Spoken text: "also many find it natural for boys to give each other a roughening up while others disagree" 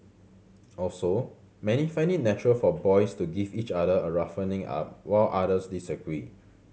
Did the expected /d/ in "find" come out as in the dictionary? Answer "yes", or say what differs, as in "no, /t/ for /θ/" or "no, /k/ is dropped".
no, /d/ is dropped